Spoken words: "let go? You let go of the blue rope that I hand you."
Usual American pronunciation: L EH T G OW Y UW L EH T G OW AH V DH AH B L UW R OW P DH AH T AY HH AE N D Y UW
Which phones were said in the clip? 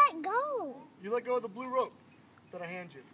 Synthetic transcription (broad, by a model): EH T G OW Y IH L EH T G OW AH DH AH B L UW R OW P DH AH T AY HH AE N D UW